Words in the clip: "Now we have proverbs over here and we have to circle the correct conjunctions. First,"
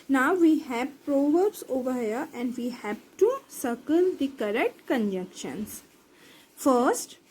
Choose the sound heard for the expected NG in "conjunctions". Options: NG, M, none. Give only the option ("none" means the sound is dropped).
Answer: none